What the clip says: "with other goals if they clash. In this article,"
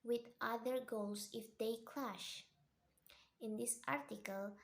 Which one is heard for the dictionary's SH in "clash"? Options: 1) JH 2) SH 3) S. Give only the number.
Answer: 2